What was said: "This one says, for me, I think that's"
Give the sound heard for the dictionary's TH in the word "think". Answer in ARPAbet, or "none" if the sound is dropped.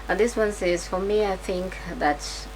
TH